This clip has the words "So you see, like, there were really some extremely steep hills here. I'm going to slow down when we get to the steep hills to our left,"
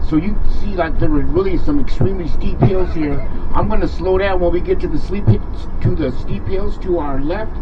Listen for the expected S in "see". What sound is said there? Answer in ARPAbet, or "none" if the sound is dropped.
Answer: S